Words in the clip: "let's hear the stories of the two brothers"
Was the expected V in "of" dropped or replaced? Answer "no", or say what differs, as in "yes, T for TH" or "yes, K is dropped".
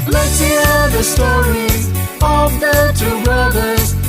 no